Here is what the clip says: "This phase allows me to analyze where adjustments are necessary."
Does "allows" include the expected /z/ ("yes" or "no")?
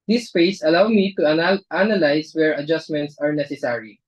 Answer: no